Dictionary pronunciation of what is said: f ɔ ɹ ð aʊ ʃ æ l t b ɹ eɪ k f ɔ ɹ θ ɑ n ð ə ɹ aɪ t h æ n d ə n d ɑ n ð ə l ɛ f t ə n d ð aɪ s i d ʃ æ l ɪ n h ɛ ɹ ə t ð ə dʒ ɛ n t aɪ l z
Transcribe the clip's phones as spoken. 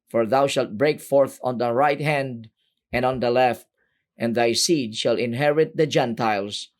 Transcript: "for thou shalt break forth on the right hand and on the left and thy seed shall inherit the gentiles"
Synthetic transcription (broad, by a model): f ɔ ɹ ð aʊ ʃ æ l t b ɹ eɪ k f ɔ ɹ θ ɑ n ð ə ɹ aɪ t h æ n d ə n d ɑ n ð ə l ɛ f t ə n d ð aɪ s i d ʃ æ l ɪ n h ɛ ɹ ə t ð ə dʒ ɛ n t aɪ l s